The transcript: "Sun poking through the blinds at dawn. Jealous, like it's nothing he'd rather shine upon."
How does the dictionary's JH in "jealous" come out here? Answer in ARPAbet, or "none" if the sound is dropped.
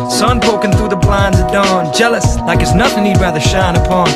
JH